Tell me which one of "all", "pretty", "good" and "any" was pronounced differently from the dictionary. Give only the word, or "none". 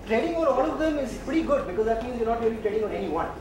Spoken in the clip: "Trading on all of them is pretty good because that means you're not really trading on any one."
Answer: all